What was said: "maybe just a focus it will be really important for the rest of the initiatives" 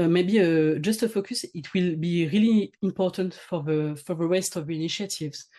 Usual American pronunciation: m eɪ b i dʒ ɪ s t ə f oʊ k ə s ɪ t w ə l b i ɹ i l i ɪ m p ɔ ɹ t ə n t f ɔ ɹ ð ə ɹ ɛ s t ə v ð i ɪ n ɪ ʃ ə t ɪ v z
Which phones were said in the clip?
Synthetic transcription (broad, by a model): m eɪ b i dʒ ɪ s t ə f oʊ k ə s ɪ t w ə l b i ɹ i l i ɪ m p ɔ ɹ t ə n t f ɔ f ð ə w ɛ s t ə v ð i n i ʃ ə t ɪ v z